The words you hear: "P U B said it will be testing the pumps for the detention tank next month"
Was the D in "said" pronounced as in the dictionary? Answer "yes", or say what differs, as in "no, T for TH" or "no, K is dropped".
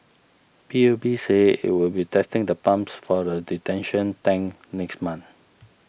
no, D is dropped